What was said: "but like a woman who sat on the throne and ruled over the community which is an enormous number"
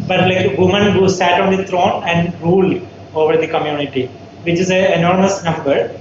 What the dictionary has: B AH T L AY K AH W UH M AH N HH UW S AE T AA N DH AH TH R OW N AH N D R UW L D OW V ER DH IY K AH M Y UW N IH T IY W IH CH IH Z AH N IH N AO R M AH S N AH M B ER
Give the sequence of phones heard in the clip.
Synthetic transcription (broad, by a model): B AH T L AY K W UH M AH N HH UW S AE T AA N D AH T R OW N AH N D R UW L D OW V ER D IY K AH M Y UW N IH T IY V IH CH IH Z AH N N AO R M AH S N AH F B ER